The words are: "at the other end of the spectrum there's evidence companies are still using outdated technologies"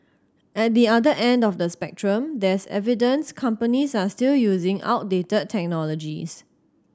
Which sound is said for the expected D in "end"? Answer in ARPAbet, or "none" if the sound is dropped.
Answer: D